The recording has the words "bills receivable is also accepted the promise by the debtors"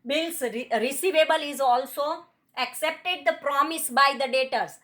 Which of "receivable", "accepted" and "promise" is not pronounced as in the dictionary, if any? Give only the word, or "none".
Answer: none